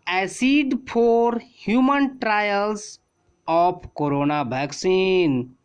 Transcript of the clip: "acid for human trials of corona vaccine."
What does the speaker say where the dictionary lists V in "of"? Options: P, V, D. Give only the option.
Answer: P